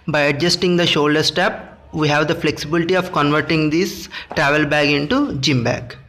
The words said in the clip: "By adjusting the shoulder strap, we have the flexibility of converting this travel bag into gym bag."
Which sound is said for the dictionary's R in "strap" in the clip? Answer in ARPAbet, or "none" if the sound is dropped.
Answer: none